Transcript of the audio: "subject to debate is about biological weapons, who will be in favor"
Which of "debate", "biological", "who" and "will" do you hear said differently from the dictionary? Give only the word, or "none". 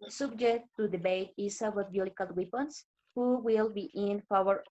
biological